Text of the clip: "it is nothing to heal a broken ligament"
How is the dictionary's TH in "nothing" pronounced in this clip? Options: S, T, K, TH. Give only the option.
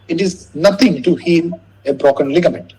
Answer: T